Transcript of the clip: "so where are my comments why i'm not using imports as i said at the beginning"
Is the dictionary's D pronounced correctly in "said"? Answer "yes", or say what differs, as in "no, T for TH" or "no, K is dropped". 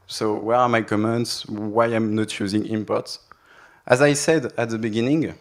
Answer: yes